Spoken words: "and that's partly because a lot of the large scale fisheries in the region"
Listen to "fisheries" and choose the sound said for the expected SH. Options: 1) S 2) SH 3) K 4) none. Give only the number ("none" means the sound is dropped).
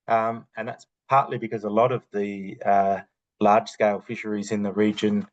2